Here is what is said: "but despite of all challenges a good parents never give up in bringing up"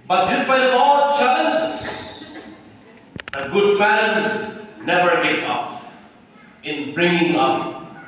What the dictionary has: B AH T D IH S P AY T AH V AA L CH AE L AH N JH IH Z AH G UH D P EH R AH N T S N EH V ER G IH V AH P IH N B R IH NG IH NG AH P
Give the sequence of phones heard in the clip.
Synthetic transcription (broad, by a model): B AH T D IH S B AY AH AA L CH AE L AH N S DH AH G UH D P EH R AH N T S N EH V ER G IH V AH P IH N B R IH NG IH NG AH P